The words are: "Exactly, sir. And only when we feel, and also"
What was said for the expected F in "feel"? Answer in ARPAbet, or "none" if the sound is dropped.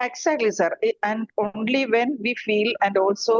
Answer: F